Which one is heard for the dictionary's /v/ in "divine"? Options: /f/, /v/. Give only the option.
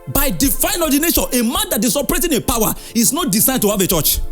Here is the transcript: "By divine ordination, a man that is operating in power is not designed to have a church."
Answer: /f/